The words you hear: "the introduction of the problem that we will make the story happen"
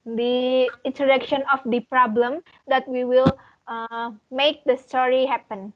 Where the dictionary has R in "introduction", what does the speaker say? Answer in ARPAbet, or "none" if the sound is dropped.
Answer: none